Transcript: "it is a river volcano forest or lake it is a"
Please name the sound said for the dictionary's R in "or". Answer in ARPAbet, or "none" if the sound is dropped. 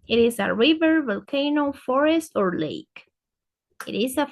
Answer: R